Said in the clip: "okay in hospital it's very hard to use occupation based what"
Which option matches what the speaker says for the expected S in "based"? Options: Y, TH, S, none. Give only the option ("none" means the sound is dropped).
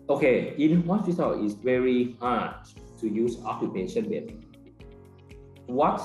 none